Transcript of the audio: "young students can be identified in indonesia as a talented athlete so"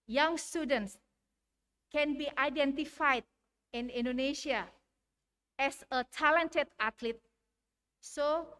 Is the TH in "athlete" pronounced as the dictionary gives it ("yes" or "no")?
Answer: no